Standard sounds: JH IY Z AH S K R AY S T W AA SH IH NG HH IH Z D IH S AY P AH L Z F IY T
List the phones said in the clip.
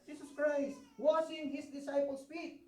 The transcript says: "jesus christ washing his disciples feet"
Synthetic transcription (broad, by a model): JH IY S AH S K R AY S T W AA S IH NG HH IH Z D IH S AY P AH L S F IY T